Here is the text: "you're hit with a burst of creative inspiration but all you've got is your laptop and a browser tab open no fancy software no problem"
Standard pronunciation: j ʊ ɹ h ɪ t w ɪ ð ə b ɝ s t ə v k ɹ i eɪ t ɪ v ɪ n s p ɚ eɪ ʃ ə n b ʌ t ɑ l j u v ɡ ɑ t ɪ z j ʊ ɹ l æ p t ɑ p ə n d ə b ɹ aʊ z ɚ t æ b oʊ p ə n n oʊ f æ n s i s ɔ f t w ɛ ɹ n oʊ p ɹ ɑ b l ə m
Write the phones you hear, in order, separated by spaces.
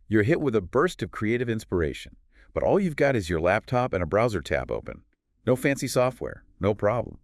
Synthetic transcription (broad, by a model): j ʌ ɹ h ɪ t w ɪ ð ə b ɝ s t ə v k ɹ i eɪ t ɪ v ɪ n s p ɚ eɪ ʃ ə n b ʌ t ɑ l j u v ɡ ɑ t ɪ z j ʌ ɹ l æ p t ɑ p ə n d ə b ɹ aʊ z ɚ t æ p oʊ p ə n n oʊ f æ n s i s ɔ f t w ɛ ɹ n oʊ p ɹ ɑ b l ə m